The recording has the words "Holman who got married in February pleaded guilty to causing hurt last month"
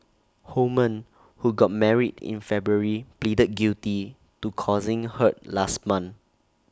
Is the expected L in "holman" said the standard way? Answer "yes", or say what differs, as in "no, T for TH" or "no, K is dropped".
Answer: no, L is dropped